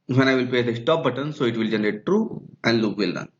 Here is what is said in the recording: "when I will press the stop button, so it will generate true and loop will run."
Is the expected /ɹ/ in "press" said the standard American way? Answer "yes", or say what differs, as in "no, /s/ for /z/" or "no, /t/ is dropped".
no, /ɹ/ is dropped